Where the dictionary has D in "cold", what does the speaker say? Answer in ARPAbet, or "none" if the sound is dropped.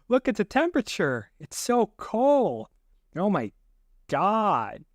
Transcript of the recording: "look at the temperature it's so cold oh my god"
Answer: none